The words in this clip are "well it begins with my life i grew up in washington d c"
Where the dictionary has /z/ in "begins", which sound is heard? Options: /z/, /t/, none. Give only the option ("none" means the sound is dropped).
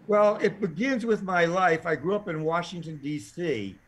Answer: /z/